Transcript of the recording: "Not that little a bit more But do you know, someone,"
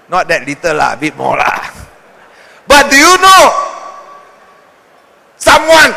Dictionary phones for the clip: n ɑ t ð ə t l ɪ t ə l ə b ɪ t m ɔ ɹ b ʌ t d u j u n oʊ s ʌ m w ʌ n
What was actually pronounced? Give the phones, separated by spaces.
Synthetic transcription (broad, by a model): n ɑ t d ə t l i t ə l ə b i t m ɔ l b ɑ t d u j u n oʊ s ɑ m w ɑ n